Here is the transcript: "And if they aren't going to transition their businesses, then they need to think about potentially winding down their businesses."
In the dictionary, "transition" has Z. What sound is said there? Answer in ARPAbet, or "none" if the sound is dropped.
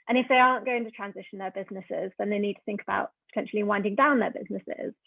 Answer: Z